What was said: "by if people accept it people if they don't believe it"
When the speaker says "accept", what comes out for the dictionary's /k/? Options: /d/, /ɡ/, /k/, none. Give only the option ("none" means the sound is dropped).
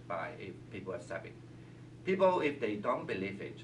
none